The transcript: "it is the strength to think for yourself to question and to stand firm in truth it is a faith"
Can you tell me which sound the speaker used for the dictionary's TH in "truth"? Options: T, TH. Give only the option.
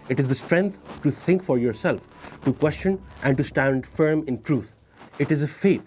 T